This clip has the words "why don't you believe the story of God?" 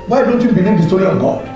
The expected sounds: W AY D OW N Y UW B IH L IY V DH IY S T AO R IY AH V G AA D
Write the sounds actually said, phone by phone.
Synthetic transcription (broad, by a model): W AY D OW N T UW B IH N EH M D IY S T AO R IY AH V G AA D